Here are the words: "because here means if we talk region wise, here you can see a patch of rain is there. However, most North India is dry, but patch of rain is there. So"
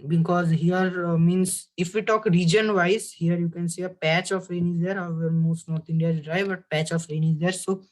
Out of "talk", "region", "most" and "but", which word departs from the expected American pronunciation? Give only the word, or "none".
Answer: none